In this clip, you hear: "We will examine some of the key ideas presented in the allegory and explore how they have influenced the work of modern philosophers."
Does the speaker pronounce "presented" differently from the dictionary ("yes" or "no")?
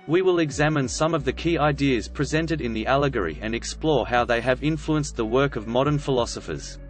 no